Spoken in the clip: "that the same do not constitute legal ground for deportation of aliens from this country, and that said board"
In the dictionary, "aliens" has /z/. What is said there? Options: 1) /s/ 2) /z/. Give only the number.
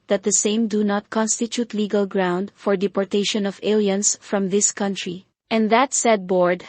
1